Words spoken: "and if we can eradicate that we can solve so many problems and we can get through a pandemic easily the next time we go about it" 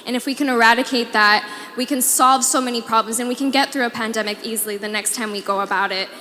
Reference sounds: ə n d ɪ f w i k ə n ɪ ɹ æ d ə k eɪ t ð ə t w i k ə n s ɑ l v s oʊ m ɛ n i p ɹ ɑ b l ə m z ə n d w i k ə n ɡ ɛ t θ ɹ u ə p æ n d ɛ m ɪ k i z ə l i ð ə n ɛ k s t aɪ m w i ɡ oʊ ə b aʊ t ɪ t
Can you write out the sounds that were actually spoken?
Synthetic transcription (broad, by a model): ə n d ɪ f w i k ə n ɪ ɹ æ d ə k eɪ t ð ə t w i k ə n s ɑ l v s oʊ m ɛ n i p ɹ ɑ b l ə m z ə n w i k ə n ɡ ɛ t θ ɹ u ə p æ n d ɛ m ɪ k i z l i ð ə n ɛ k s t aɪ m w i ɡ oʊ ə b aʊ t ɪ t